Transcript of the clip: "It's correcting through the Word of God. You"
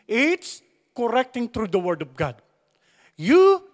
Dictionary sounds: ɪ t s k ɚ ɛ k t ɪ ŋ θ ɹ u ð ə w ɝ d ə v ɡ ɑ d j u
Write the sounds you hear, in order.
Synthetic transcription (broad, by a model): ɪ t s k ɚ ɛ k t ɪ ŋ t ɹ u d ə w ɝ d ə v ɡ ɑ d j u